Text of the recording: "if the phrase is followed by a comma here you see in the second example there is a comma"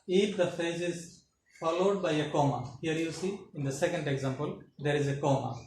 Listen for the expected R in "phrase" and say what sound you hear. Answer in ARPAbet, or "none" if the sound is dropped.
none